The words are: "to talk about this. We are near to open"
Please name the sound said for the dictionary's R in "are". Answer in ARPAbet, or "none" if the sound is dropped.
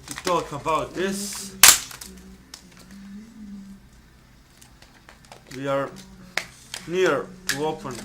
R